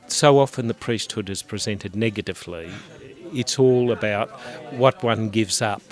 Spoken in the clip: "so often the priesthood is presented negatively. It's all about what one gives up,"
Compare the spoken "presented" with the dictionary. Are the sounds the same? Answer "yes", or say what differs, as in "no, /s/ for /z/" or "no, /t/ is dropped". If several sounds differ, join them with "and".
yes